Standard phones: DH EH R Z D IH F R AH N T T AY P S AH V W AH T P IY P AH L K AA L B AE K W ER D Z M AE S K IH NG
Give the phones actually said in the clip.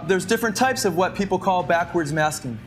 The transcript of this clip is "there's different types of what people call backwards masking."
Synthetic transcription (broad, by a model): DH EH R Z D IH F R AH N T T AY P S AH V W AH T P IY P L K AA L B AE K W ER D Z M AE S K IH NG